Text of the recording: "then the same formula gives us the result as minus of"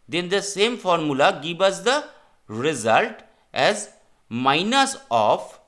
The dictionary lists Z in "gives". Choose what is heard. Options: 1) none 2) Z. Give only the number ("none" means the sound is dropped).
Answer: 1